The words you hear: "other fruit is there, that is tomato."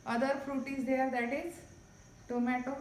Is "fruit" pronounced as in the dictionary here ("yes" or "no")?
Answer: yes